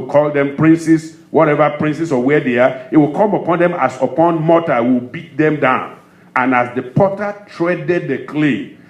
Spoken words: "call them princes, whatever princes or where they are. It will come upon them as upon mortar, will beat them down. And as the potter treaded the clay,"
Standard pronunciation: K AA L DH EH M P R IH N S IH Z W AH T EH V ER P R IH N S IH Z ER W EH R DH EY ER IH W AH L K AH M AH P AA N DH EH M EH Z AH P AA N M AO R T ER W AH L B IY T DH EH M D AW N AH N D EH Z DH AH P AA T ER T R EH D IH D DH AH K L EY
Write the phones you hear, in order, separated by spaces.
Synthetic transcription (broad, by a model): K AA L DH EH M P R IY N S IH S W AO T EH V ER P R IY N S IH S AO W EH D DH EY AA IH W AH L K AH M AH P AA N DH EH M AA S AH P AA N M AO T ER W AH L B IY T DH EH M D AW N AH N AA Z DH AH P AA T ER T R EH D IH D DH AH K L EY